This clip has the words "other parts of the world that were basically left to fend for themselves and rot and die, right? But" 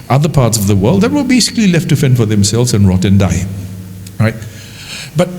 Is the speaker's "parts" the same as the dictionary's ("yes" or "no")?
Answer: yes